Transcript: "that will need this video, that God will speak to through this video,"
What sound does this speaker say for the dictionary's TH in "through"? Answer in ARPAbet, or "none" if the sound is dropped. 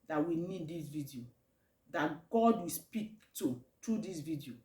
T